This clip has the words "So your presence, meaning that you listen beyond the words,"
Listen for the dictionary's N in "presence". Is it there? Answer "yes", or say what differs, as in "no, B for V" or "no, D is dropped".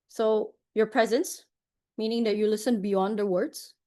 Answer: yes